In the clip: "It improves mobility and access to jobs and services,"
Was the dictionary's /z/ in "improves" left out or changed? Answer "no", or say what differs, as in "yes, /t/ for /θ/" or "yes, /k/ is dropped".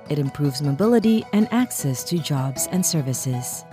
no